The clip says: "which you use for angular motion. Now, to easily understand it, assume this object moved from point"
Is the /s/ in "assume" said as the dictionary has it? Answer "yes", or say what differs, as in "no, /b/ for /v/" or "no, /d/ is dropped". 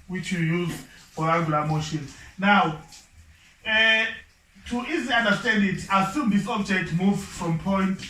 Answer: yes